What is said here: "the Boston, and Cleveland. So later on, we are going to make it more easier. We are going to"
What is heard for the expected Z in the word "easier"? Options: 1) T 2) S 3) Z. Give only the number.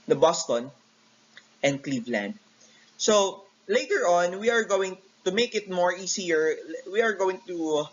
2